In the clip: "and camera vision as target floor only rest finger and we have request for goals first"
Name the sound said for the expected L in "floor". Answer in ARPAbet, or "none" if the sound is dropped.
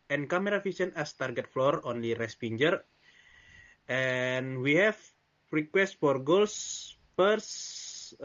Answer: L